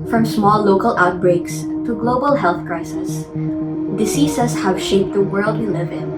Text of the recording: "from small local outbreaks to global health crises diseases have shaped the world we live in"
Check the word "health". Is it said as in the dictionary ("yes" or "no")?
yes